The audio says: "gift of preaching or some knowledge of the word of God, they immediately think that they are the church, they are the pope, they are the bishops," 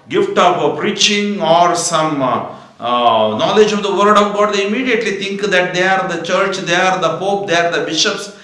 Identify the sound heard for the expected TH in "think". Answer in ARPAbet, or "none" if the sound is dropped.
T